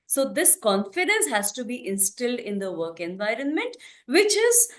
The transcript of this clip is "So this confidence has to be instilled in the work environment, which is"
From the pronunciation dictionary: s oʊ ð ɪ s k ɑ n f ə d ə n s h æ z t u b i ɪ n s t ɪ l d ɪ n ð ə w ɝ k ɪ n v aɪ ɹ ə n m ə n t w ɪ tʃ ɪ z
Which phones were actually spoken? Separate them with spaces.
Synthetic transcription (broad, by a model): s oʊ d ɪ s k ɑ n f ə d ə n s h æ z t u b i ɪ n s t ɪ l d ɪ n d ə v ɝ k ɪ n v aɪ ɹ ə n m ə n t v ɪ tʃ ɪ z